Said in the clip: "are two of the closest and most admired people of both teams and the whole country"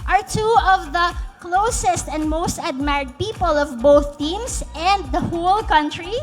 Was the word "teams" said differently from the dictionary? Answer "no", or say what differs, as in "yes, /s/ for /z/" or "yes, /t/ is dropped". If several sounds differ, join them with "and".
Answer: yes, /s/ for /z/